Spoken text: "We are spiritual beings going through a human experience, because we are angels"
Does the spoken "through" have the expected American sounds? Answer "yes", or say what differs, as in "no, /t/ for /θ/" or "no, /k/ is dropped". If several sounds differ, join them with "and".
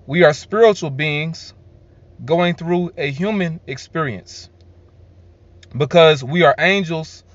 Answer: yes